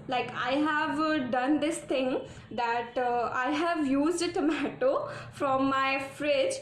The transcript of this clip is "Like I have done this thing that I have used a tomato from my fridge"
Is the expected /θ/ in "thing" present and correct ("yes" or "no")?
no